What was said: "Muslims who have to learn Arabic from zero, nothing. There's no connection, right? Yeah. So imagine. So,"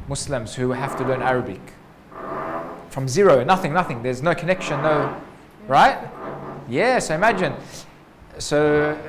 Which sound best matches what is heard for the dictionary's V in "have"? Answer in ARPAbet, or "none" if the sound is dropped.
F